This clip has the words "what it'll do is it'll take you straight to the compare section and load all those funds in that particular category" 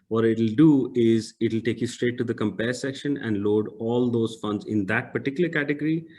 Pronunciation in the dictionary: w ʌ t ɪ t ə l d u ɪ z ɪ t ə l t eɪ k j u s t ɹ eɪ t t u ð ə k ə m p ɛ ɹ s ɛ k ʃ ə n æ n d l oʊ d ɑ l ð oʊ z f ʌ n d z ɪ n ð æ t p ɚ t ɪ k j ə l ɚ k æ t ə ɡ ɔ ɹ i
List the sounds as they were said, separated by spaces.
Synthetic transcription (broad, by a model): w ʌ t ɪ t ə l d u ɪ z ɪ t ə l t eɪ k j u s t ɹ eɪ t t u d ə k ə m p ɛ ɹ s ɛ k ʃ ə n æ n d l oʊ d ɑ l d oʊ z f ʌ n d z ɪ n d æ t p ɚ t ɪ k j ə l ɚ k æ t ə ɡ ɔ ɹ i